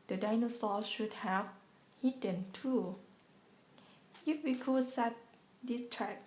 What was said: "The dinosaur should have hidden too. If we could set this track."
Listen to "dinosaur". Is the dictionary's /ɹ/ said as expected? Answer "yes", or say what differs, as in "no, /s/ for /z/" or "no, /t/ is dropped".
no, /l/ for /ɹ/